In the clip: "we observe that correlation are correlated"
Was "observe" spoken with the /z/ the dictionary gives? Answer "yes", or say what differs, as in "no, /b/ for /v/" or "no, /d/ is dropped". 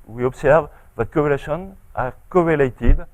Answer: no, /s/ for /z/